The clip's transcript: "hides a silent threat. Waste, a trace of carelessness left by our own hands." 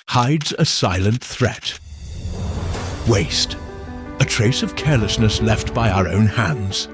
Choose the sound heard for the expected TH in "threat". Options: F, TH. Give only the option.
TH